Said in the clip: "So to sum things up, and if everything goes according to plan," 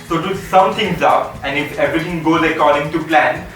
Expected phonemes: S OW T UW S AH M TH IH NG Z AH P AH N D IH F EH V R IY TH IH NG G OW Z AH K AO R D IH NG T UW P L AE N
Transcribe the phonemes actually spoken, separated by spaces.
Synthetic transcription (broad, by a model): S OW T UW S AH M T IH NG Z AH P AH N D IH F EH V R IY T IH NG G OW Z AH K AO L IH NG T UW P L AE N